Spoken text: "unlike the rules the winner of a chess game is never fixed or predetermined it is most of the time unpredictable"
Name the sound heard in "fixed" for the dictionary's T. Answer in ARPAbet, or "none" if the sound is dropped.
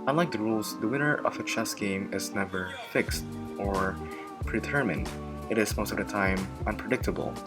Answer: T